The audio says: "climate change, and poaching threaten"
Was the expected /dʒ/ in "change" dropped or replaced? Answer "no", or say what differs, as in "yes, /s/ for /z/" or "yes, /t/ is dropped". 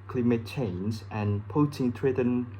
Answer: yes, /z/ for /dʒ/